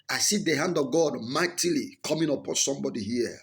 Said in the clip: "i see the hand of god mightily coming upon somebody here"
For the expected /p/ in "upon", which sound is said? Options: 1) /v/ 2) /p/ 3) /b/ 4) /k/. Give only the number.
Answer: 2